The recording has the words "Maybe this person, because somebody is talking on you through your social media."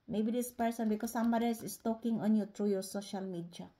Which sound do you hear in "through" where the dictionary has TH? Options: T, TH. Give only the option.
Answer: T